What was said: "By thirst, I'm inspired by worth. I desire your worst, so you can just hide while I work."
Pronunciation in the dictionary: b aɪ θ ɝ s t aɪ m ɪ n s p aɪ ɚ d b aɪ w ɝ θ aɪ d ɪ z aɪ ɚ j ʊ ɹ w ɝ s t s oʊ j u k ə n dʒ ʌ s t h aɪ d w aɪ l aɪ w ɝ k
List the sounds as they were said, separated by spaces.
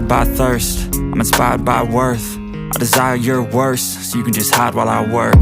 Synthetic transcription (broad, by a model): b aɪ θ ɝ s t aɪ m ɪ n s p aɪ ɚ d b aɪ w ɝ θ aɪ d ɪ z aɪ ɚ j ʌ ɹ w ɝ s s oʊ j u k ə n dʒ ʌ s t h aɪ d w aɪ l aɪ w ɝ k